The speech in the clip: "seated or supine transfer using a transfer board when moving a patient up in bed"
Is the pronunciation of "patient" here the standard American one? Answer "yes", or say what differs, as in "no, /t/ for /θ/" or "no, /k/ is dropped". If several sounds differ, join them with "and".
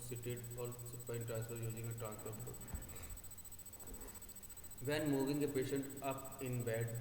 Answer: yes